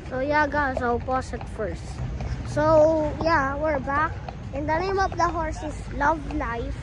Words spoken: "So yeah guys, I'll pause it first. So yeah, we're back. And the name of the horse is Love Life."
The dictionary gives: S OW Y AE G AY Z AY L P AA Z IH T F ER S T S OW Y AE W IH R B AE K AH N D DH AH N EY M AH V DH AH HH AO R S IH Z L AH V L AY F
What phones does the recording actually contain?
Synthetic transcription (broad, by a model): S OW Y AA G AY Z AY W P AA S IH T F ER S T S OW Y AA W IH R B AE K AH N D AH N EY M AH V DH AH HH AO R S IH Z L AH V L AY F